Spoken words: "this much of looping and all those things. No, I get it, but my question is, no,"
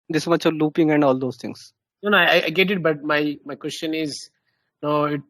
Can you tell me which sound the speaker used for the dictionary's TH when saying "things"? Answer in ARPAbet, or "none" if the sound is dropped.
T